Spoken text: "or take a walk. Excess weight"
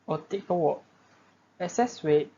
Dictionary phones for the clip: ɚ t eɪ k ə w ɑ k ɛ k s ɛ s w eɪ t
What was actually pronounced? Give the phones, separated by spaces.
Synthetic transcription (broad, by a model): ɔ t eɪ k ə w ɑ ɛ s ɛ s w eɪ